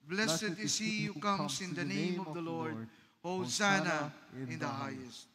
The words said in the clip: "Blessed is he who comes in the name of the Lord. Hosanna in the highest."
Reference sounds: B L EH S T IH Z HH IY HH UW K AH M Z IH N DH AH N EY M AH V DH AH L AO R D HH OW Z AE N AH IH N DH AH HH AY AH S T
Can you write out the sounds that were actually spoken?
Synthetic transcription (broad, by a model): B L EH S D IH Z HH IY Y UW K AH M S IH N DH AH N EY M AH V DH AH L AO R D HH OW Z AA N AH IH N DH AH HH AY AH S T